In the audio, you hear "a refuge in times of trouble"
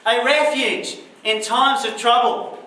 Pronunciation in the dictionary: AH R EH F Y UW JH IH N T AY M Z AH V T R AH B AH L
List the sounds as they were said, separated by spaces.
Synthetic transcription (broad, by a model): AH R EH F Y UW JH IH N T AY M Z AH V T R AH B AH L